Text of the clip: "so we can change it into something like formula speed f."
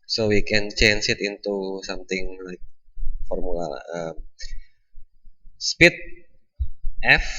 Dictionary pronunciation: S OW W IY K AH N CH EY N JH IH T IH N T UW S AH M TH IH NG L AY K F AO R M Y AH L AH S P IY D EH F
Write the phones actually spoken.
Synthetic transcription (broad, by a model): S OW W IY K AH N CH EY N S IH T IH N T UW S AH M T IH NG L AY K F AO R M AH L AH S P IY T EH F